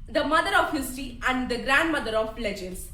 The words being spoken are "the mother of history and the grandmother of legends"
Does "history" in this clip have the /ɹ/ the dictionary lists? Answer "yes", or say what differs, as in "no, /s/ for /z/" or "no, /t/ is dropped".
no, /ɹ/ is dropped